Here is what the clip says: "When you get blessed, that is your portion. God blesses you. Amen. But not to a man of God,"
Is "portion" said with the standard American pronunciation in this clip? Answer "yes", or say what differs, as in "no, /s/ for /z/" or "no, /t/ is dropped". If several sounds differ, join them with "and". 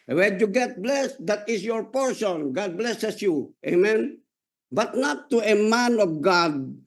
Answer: no, /s/ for /ʃ/